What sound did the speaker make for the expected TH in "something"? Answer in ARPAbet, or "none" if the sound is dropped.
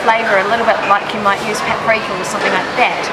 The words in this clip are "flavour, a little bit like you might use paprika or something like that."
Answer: TH